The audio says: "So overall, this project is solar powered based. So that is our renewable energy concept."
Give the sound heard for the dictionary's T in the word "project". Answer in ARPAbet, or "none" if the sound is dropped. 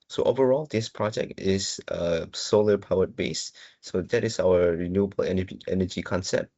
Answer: T